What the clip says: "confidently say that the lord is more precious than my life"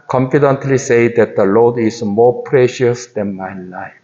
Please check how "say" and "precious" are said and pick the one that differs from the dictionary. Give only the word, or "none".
none